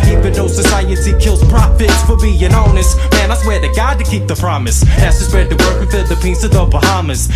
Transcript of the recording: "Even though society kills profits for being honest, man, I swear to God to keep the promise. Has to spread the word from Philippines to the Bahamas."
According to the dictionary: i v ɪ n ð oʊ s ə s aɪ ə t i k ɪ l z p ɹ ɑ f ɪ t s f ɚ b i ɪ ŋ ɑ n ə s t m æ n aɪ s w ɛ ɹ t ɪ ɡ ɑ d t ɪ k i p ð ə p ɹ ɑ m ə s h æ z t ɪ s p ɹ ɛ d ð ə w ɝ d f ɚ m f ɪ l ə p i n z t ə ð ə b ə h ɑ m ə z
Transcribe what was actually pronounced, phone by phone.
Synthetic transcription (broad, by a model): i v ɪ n oʊ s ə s aɪ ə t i k ɪ l z p ɹ ɑ f ɪ t s f ɚ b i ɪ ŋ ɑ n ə s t m æ n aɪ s w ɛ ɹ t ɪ ɡ ɑ d t ɪ k i p ð ə p ɹ ɑ m ə s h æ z t ɪ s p ɛ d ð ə w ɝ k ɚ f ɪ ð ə p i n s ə ð ə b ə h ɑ m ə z